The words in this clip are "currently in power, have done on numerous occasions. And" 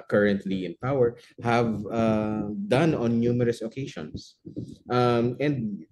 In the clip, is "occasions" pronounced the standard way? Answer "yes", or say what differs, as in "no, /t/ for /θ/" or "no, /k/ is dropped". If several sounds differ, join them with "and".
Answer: no, /ʃ/ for /ʒ/